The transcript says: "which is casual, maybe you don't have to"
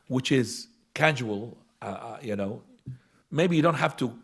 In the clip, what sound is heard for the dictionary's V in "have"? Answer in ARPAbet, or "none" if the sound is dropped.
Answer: F